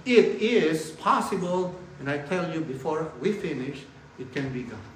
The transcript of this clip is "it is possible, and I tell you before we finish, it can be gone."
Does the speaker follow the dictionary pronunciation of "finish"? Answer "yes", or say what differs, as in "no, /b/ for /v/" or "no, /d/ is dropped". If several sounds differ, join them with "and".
yes